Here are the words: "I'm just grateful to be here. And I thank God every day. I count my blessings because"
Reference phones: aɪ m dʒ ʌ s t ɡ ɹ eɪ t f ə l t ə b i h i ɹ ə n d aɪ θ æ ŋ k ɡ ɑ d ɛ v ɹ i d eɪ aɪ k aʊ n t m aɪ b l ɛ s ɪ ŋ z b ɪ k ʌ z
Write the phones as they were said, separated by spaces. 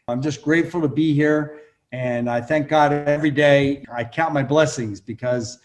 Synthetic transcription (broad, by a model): aɪ m dʒ ʌ s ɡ ɹ eɪ t f l t ə b i h i ɹ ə n aɪ θ æ ŋ k ɡ ɑ d ɛ v ɹ i d eɪ aɪ k aʊ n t m aɪ b l ɛ s ɪ ŋ z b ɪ k ʌ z